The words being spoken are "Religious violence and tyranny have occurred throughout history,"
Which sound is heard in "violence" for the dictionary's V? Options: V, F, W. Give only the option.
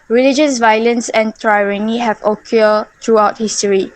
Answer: V